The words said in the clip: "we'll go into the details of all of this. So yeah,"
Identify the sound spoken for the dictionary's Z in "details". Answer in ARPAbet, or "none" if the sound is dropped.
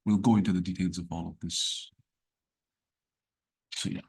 Z